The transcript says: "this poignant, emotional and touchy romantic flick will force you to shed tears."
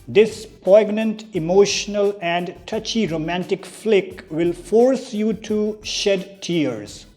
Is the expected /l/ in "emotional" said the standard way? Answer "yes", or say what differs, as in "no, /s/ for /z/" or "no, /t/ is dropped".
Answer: yes